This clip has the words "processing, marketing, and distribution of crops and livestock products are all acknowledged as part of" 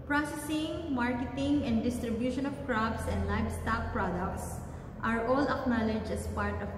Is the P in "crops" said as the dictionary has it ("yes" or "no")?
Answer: no